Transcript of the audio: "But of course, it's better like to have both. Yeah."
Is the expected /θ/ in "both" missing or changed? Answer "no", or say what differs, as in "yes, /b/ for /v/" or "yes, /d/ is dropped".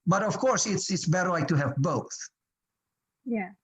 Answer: no